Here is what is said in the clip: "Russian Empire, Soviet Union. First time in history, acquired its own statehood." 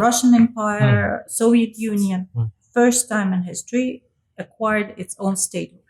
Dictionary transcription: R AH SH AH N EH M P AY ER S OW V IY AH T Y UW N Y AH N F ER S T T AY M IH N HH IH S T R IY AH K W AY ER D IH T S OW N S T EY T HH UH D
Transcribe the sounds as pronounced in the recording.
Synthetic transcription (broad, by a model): R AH SH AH N EH M P AY ER S OW V IY AH T Y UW N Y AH N F ER S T T AY M IH N HH IH S T R IY AH K W AY ER D IH T S OW N S T EY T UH